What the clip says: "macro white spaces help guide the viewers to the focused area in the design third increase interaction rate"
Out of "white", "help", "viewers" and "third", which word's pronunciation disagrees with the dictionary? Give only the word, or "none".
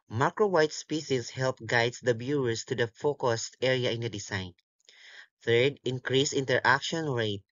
viewers